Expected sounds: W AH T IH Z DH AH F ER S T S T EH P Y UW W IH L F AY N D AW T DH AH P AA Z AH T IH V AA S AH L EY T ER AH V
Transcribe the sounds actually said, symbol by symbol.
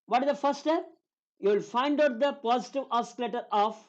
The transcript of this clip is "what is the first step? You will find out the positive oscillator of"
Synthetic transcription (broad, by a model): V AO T IH Z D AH F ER T S T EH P Y UW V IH L F AY N D AW T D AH P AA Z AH T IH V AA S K L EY T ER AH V